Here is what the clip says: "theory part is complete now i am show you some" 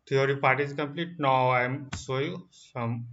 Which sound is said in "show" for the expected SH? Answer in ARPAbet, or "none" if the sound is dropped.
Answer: S